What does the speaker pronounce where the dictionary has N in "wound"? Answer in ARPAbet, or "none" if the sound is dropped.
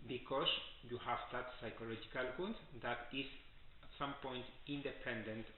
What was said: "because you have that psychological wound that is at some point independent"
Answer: none